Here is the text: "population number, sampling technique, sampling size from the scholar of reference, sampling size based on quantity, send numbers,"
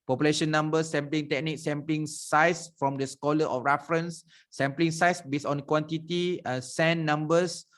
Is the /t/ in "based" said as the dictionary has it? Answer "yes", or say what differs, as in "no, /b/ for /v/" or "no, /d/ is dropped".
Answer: no, /t/ is dropped